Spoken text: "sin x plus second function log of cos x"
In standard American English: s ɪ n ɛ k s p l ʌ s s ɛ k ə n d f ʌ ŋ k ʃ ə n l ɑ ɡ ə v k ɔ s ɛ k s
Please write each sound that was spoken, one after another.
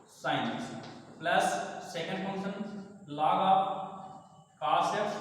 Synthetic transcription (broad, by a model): s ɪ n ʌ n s p l ʌ s s ɛ k ə n d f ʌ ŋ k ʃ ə n l ɑ ɡ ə p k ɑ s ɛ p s